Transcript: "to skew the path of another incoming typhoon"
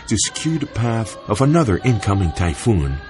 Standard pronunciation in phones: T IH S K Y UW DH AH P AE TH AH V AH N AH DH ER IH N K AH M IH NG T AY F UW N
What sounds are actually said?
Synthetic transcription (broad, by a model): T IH S K Y UW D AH P AE TH AH V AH N AH DH ER IH N K AH M IH NG T AY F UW N